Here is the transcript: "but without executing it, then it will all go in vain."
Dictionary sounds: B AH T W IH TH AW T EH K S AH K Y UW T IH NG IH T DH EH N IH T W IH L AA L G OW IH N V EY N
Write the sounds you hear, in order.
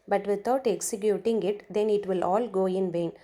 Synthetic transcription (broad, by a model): B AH T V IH T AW T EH K S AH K Y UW T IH NG IH T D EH N IH T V IH L AA L G OW IH N V EY N